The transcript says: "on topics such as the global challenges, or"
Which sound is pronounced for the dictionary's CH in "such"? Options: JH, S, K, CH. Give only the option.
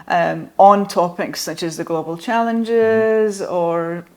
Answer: CH